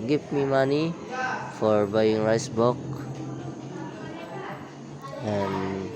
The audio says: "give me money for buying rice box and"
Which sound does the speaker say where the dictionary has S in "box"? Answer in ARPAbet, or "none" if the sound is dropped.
none